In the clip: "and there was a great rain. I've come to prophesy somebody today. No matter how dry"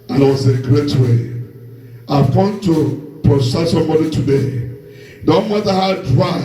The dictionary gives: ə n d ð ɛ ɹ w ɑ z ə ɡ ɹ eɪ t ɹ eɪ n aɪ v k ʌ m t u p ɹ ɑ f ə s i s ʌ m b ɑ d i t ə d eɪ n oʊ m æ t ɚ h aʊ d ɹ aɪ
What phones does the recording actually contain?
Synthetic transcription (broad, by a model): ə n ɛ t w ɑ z ə ɡ ɹ eɪ t w eɪ aɪ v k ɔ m t u p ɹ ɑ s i s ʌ m b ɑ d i t ə d eɪ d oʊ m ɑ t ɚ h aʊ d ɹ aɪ